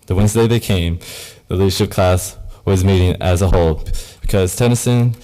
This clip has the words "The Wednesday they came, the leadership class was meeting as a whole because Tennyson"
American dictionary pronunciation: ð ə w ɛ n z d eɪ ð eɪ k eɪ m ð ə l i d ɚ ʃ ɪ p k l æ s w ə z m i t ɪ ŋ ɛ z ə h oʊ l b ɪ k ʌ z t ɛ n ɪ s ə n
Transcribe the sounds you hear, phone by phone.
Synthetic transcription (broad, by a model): ð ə w ɛ n z d eɪ ð eɪ k eɪ m ð ə l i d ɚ ʃ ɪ p k l æ s w ə z m i t ɪ ŋ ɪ z ə h oʊ l b ɪ k ʌ z t ɛ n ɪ s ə n